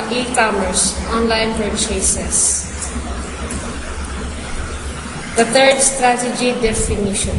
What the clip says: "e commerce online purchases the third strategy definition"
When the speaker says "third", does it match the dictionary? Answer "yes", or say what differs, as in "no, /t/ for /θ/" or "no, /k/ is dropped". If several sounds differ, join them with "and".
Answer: no, /t/ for /θ/